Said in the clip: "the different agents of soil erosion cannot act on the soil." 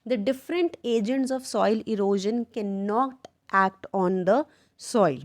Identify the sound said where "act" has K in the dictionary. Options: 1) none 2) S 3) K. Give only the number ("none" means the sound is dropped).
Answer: 3